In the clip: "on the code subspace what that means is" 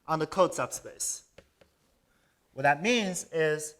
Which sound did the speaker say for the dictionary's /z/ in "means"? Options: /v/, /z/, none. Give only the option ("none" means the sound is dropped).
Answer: /z/